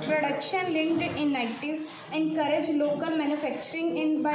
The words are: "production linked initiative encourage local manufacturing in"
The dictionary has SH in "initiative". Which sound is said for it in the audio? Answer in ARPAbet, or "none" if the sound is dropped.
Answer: none